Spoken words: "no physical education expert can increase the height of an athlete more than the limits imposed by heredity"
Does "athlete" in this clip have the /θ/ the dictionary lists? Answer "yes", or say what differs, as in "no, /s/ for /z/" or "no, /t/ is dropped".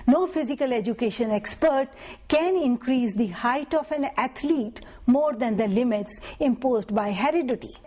no, /t/ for /θ/